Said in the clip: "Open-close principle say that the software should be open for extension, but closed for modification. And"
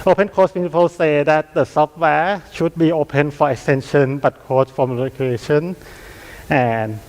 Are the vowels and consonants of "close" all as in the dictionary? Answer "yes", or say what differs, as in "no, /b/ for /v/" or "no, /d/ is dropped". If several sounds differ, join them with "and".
no, /l/ is dropped